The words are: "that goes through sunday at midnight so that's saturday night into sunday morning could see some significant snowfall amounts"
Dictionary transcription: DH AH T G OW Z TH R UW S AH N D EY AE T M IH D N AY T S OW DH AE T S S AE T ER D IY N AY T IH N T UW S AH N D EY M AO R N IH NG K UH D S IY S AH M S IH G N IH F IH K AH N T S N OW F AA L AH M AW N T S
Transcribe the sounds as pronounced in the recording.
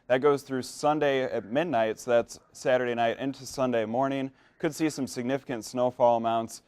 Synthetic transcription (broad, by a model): DH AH T G OW Z TH R UW S AH N D EY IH T M IH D N AY T S DH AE T S S AE T ER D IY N AY T IH N T UW S AH N D EY M AO R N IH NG K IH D S IY S AH M S IH G N IH F IH K AH N T S N OW F AA L AH M AW N T S